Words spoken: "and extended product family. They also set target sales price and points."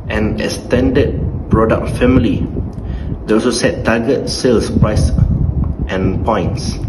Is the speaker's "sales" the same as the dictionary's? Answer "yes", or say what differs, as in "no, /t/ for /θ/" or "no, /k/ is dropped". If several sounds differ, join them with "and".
no, /s/ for /z/